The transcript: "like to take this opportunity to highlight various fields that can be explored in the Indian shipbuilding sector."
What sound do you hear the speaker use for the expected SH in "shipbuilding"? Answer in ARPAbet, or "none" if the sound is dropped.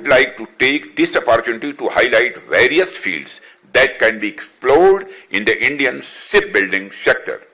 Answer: S